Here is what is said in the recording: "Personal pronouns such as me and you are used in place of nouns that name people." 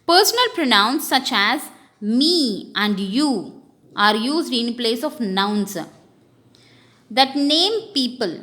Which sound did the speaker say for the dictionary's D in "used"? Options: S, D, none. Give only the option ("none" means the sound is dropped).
D